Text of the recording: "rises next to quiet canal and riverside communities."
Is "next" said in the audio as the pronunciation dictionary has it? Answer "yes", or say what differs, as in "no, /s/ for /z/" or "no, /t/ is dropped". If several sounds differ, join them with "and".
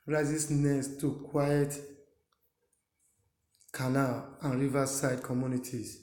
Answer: no, /k/ is dropped